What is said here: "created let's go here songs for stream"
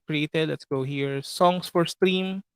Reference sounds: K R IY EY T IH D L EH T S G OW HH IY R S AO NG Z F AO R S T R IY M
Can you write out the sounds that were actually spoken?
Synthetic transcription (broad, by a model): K R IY EY T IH D L EH T S G OW HH IY R S AO NG S F AO R S T R IY M